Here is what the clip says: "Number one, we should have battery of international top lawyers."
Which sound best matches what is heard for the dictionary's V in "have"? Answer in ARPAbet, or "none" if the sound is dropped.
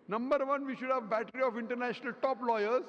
V